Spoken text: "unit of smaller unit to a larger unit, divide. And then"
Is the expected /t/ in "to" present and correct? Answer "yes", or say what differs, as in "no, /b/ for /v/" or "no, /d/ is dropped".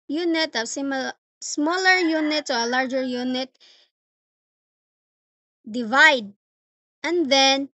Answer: no, /s/ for /t/